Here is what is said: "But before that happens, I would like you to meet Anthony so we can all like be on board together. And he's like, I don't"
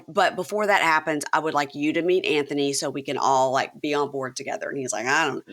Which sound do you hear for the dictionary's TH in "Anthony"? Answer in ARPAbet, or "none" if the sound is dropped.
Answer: TH